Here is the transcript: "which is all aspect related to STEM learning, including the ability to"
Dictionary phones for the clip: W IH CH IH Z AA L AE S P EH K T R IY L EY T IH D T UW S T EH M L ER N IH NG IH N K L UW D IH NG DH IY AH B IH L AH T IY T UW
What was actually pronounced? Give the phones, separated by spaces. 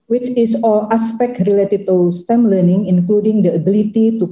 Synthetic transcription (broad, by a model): W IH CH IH S AA L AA S P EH K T R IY L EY T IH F T UW S T EH M L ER N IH NG IH N K L UW D IH NG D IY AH B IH L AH T IY T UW